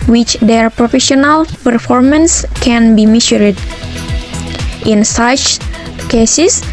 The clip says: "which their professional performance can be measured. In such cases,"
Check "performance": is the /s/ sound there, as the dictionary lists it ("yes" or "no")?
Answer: yes